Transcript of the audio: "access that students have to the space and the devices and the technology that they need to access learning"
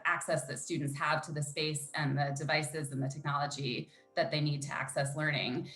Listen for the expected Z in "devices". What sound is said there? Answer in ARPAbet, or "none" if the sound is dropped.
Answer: Z